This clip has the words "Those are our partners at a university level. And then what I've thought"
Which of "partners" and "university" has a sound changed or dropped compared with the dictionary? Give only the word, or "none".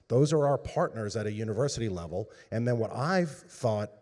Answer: none